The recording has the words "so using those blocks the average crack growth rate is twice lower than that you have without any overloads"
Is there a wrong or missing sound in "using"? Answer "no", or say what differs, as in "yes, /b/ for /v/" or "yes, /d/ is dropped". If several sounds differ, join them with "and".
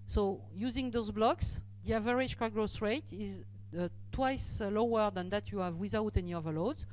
no